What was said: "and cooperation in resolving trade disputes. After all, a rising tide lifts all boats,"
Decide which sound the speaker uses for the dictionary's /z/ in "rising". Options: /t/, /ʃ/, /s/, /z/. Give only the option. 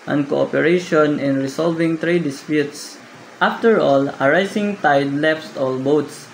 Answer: /s/